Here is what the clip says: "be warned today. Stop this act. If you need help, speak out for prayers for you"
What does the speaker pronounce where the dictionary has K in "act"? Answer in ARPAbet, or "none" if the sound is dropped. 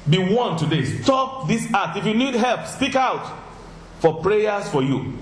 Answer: none